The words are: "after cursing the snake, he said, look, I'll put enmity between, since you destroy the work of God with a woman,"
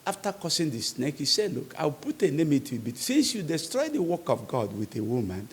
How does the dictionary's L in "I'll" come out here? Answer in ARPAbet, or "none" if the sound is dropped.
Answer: W